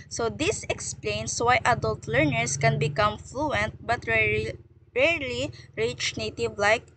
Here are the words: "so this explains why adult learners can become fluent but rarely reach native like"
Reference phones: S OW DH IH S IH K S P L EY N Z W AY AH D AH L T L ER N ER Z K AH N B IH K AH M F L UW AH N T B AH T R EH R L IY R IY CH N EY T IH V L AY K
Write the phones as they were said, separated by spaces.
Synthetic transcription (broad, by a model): S OW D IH S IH K S P L EY N S W AY AH D AH L T L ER N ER S K AH N B IH K AH M F L UW AH N T B AH T R EH R L IY R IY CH N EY T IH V L AY K